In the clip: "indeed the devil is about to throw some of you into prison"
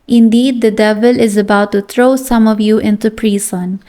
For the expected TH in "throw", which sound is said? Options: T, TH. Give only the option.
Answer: T